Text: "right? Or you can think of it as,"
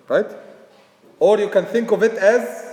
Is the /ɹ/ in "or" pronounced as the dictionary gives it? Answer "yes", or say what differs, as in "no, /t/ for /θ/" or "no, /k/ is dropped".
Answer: yes